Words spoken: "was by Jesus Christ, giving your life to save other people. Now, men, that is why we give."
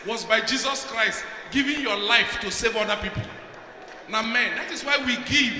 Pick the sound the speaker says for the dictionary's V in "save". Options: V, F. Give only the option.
V